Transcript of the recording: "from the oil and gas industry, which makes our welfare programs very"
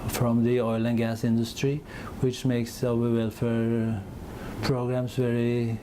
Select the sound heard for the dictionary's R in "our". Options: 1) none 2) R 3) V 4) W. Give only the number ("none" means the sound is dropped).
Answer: 4